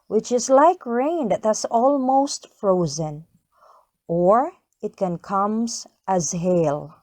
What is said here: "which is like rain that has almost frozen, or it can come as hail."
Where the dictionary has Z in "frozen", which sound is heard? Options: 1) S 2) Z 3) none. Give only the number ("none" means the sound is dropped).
2